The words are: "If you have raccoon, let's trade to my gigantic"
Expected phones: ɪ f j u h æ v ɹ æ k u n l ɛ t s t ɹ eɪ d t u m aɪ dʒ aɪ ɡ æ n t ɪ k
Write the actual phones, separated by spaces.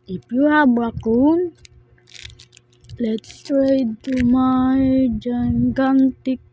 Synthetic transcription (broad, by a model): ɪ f j u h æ b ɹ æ k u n l ɛ t s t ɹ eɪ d t u m aɪ dʒ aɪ ɡ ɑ n t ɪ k